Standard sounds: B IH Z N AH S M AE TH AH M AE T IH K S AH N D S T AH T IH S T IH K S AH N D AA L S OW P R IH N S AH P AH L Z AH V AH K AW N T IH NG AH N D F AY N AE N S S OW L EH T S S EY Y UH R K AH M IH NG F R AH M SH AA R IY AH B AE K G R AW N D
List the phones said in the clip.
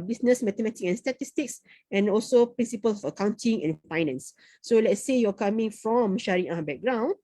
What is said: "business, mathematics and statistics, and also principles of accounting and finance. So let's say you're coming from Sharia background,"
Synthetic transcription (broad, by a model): B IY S N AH S M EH T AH M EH T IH K AH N S T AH T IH S T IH K S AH N AA L S OW P R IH N S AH P AH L S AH F AH K AW N T IH NG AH N F AY N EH N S S OW L EH T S S EY Y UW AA K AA M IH NG F R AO M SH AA R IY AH B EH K G R AW N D